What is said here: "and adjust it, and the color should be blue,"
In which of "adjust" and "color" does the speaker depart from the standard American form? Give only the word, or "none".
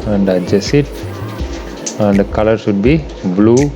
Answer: adjust